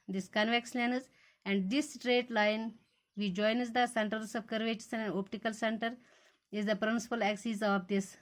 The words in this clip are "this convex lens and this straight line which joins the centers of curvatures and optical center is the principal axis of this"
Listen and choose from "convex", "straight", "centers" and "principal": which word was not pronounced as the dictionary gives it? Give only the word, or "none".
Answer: centers